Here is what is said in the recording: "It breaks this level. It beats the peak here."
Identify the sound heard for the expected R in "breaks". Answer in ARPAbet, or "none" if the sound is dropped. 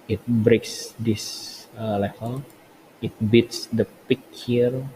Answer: R